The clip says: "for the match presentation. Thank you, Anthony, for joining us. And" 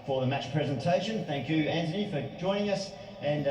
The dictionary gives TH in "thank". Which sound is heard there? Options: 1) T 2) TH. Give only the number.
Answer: 2